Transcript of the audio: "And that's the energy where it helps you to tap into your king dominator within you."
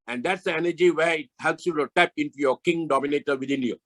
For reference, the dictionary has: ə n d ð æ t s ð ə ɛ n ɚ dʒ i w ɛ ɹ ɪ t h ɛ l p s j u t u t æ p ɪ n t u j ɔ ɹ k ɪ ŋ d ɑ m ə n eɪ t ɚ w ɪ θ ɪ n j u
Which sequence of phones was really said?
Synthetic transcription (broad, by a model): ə n d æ t s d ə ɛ n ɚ dʒ i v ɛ ɪ t h ɛ l p s j u t u t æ p ɪ n t u j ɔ k ɪ ŋ d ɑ m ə n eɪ t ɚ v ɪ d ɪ n j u